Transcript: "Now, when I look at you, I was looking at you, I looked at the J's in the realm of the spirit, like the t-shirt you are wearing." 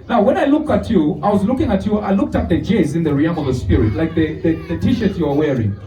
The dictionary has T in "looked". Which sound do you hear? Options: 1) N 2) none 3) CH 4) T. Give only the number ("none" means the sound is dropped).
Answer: 4